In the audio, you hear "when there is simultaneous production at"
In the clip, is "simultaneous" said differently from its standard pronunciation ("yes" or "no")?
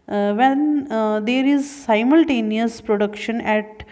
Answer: no